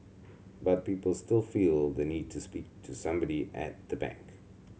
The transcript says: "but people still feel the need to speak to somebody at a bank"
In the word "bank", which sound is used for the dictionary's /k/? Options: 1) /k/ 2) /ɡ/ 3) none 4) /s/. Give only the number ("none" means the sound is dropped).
1